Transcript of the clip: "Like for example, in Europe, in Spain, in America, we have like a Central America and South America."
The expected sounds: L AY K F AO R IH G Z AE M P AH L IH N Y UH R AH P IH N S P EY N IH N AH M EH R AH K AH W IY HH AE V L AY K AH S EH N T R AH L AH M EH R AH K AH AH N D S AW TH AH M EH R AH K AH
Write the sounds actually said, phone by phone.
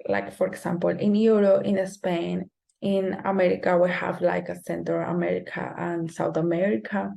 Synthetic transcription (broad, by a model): L AY K F AO R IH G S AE M P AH L IH N Y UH R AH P IH N S P EY N IH N AH M EH R AH K AH W IY HH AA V L AY K AH S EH N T AH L AH M EH R AH K AH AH N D S AW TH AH M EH R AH K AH